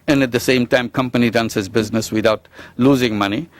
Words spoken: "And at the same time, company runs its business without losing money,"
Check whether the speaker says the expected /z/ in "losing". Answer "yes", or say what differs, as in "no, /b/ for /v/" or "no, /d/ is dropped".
yes